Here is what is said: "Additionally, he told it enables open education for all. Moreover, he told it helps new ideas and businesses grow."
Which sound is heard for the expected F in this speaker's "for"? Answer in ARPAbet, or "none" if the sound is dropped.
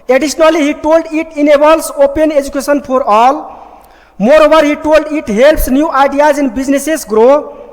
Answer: P